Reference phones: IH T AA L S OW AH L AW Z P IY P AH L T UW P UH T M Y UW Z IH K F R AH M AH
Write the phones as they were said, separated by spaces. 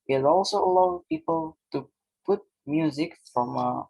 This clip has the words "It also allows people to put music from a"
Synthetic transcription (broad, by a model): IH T AA L S OW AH L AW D P IY P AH L T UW P UH T M Y UW Z IH K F R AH M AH